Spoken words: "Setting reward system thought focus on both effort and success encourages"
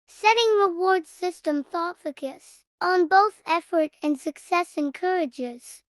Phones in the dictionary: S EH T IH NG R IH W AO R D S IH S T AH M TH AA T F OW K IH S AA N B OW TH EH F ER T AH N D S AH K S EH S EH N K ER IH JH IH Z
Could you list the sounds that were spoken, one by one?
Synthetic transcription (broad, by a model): S EH T IH NG R IH W AO R D S IH S T AH M TH AA T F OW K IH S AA N B OW TH EH F ER T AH N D S AH K S EH S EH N K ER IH JH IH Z